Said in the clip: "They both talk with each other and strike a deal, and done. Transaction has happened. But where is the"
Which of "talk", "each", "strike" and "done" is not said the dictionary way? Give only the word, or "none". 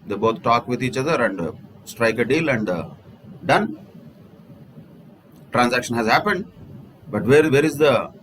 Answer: none